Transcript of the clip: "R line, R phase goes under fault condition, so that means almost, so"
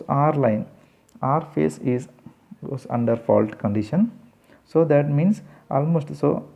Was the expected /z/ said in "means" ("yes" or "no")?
no